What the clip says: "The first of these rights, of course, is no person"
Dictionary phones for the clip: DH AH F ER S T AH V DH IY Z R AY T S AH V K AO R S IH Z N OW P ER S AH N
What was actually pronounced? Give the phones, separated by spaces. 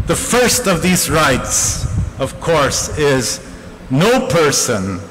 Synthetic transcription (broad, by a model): DH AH F ER S T AH V DH IY Z R AY T S AH V K AO R S IH Z N OW P ER S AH N